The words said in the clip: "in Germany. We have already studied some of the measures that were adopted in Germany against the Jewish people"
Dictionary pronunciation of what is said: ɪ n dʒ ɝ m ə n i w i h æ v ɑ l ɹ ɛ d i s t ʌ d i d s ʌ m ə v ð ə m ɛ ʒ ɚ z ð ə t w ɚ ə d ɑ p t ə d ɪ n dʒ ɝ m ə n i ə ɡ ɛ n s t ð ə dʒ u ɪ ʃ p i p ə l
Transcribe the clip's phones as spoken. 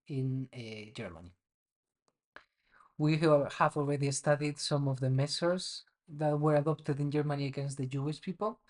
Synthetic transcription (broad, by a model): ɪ n dʒ ɝ m ə n i w i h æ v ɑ l ɹ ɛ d i s t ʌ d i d s ʌ m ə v ð ə m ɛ s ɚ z ð ə t w ɚ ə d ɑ p t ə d ɪ n dʒ ɝ m ə n i ə ɡ ɛ n s t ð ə dʒ u ɪ ʃ p i p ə l